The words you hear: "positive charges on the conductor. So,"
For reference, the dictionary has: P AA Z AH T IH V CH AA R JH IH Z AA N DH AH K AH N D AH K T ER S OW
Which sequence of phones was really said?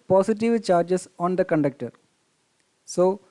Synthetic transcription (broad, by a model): P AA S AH T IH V CH AA R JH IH S AA N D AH K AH N D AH K T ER S OW